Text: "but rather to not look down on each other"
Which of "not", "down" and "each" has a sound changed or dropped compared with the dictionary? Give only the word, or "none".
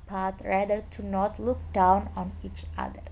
none